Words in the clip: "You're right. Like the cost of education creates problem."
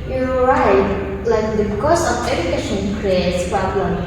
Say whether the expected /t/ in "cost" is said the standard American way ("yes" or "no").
no